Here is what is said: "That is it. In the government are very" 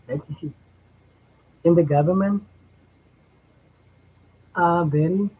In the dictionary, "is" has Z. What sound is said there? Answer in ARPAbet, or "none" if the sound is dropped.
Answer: S